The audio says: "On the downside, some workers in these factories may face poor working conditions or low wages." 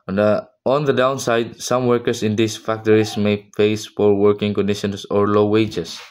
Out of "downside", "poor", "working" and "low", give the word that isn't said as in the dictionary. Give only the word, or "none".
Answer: poor